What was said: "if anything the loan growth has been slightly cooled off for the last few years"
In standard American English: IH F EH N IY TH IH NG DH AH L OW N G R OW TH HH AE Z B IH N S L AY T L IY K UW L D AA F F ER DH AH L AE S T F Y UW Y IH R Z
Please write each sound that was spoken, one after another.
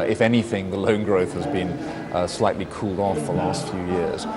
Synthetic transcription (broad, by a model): IH F EH N IY TH IH NG DH AH L OW N G R OW TH HH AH Z B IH N S L AY T L IY K UW L D AA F F DH AH L AE S T F Y UW Y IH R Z